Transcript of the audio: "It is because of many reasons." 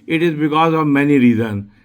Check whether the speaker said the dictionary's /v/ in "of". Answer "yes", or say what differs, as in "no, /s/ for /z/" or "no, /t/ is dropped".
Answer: yes